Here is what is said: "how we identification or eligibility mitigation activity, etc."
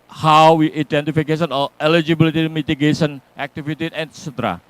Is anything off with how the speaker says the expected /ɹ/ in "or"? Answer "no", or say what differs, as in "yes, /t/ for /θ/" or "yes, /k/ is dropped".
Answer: yes, /l/ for /ɹ/